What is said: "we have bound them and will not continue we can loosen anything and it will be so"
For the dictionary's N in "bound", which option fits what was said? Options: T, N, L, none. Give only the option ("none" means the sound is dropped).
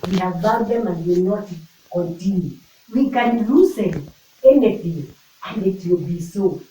none